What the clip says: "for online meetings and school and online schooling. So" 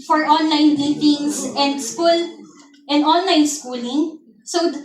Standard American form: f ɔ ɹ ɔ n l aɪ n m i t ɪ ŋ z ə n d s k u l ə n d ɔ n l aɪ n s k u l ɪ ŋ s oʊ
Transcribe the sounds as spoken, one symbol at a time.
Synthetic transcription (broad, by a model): f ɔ ɹ ɔ n l aɪ n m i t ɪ ŋ s ə n d s k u l ə n d ɔ n l aɪ n s k u l ɪ ŋ s oʊ